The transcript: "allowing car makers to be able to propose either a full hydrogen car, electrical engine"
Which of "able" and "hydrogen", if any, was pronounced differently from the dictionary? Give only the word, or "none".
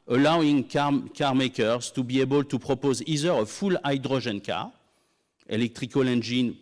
hydrogen